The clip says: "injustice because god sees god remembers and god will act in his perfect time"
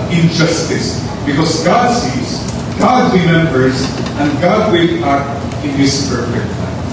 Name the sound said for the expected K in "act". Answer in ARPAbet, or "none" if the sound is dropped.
none